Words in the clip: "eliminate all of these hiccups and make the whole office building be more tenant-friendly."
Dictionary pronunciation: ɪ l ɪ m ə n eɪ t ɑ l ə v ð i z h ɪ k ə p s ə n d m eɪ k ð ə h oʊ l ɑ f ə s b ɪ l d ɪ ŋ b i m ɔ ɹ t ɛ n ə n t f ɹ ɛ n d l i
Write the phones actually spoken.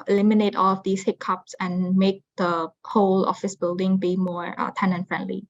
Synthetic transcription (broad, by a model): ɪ l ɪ m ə n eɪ t ɑ l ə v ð i s h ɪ k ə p s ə n m eɪ k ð ə h oʊ l ɑ f ə s b ɪ l d ɪ ŋ b i m ɔ ɹ t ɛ n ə n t f ɹ ɛ n d l i